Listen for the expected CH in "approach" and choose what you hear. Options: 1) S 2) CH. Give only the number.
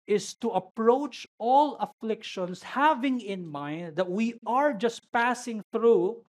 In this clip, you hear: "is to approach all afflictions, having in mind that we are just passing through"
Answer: 2